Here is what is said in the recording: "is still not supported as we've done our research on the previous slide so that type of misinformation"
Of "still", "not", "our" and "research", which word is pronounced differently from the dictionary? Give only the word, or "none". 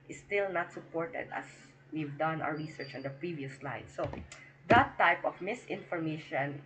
our